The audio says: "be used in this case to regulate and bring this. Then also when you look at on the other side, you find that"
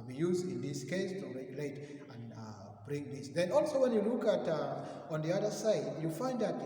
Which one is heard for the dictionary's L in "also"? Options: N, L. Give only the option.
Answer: L